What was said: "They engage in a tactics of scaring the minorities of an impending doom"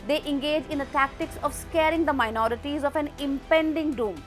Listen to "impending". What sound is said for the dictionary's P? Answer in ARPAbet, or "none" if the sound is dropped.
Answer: P